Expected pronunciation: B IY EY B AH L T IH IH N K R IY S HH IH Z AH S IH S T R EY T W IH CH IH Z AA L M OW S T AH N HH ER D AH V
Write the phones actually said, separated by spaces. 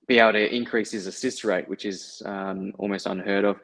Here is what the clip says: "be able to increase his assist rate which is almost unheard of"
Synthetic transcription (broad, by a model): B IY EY AH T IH IH N K R IY S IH Z AH S IH S T R EY T W IH CH IH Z AA L M OW S T AH N HH ER D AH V